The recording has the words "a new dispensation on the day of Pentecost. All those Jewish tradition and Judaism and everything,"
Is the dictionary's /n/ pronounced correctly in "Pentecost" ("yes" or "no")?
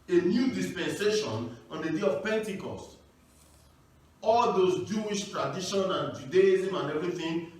yes